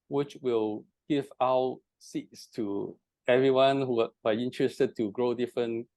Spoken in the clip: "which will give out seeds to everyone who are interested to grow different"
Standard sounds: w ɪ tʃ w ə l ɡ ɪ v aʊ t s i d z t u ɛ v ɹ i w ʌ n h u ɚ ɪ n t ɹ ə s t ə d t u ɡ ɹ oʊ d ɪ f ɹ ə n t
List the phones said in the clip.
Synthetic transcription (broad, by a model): w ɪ tʃ w ə l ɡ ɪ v aʊ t s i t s t u ɛ v ɹ i w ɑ n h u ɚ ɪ n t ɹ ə s t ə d t u ɡ ɹ oʊ d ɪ f ɹ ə n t